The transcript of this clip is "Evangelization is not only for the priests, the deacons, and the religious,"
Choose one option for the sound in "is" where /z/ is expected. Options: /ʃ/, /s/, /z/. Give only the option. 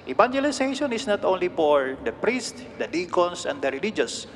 /s/